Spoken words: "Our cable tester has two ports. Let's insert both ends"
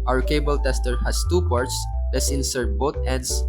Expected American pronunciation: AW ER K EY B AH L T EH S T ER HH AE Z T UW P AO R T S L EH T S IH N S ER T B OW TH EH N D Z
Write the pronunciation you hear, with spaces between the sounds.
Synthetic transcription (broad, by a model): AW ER K EY B AH L T EH S T ER HH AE S T UW P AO R T S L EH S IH N S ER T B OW T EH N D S